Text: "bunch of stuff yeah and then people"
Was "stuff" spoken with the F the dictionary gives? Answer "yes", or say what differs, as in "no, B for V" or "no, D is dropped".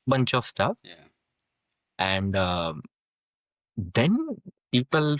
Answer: yes